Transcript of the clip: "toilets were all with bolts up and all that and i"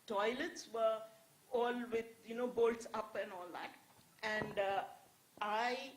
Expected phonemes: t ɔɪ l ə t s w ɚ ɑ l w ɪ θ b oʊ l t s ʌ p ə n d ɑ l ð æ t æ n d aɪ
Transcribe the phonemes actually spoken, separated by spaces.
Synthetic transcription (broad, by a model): t ɔɪ l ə t s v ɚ ɑ l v ɪ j b oʊ l t s ʌ p ə n d ɑ l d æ t æ n d aɪ